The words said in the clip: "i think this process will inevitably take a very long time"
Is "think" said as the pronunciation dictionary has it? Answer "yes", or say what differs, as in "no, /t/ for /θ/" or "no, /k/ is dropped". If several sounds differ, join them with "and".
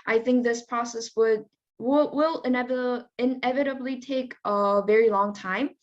yes